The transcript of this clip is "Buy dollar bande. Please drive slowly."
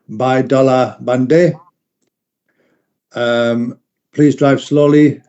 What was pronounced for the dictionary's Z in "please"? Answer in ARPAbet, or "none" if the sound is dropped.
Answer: Z